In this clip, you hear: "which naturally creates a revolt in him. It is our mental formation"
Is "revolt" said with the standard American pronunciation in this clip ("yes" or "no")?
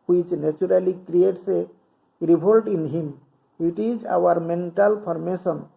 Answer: no